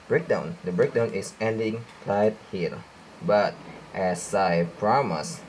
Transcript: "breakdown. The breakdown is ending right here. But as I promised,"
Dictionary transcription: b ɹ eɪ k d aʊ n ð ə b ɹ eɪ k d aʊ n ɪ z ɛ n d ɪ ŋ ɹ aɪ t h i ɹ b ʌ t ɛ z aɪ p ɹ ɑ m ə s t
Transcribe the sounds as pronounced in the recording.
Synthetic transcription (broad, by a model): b ɹ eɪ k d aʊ n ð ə b ɹ eɪ k d aʊ n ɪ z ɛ n d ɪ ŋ l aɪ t h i l b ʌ t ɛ s aɪ p ɹ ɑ m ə s